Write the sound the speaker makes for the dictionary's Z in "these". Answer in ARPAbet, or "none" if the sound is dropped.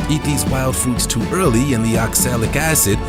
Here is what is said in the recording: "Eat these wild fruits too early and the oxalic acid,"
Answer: Z